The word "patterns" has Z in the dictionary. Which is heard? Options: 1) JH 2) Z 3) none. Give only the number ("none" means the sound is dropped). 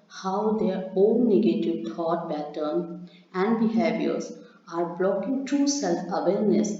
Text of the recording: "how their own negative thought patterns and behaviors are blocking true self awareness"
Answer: 3